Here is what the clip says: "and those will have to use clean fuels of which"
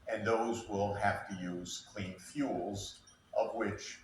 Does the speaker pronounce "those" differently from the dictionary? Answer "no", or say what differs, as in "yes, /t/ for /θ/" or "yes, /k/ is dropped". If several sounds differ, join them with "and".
no